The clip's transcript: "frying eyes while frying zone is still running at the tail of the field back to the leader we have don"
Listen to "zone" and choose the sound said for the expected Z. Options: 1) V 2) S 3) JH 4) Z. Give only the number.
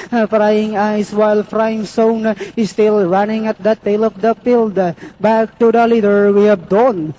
2